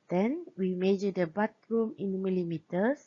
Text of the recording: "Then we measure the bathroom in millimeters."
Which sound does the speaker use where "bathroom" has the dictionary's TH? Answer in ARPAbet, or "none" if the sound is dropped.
T